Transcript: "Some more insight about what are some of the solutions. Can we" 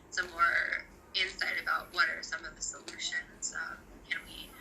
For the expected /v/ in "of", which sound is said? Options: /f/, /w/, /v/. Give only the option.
/v/